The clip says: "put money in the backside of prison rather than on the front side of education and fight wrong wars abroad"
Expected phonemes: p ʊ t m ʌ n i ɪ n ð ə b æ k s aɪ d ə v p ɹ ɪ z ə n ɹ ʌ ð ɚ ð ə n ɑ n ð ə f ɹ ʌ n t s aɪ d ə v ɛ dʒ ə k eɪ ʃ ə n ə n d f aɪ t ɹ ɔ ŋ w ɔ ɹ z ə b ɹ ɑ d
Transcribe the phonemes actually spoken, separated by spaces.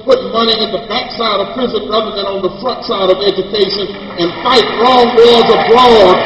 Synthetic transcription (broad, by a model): p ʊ t m ʌ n i ɪ n ð ə b æ k s aɪ d ə v p ɹ ɪ z ə n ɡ ʌ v ɚ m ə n n ð ə f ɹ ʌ t s aɪ d ə v ɛ dʒ ə k eɪ ʃ ə n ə n f aɪ t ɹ ɔ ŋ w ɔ z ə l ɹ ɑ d